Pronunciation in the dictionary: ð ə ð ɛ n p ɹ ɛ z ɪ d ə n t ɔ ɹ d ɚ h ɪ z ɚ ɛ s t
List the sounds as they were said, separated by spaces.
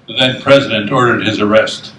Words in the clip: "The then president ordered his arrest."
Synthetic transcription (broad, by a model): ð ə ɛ n p ɹ ɛ z ɪ d ə n t ɔ ɹ d ɚ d ɪ z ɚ ɛ s t